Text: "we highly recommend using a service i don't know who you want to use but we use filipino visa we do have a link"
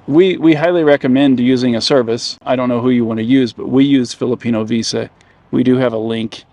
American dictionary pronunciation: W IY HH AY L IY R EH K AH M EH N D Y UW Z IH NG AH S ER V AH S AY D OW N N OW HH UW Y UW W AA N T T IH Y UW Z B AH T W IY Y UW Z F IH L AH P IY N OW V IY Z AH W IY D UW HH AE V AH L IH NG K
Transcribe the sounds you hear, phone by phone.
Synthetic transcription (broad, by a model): W IY HH AY L IY R EH K AH M EH N D Y UW Z IH NG AH S ER V AH S AY D OW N N OW HH UW Y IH W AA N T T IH Y UW Z B AH T W IY Y UW Z F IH L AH P IY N OW V IY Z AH W IY D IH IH V AH L IH NG K